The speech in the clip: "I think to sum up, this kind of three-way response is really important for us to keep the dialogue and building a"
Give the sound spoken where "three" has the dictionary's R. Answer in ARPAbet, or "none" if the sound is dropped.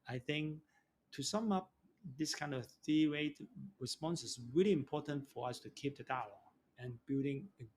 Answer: none